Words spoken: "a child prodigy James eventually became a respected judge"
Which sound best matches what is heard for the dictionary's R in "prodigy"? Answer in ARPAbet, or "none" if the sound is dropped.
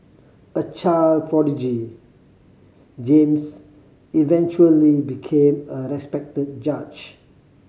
R